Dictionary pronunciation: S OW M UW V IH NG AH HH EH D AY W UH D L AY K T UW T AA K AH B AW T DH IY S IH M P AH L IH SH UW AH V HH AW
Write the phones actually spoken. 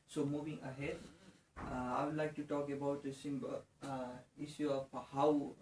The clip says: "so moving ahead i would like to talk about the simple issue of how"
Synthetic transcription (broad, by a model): S OW M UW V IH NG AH HH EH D AY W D L AY K T UW T AA K AH B AW T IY S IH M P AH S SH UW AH P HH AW